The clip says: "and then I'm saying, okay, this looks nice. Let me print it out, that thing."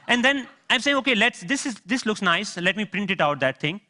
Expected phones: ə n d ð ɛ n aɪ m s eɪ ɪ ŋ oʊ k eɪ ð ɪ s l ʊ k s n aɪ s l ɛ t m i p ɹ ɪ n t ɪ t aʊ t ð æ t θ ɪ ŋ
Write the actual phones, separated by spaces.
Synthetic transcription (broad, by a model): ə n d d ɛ n aɪ m s eɪ ɪ ŋ oʊ k eɪ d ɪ s l ʊ k s n aɪ s l ɛ t m i p ɹ ɪ n t ɪ t aʊ t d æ t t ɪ ŋ